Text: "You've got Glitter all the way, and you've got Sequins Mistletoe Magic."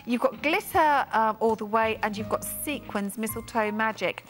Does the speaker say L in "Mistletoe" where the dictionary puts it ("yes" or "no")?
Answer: yes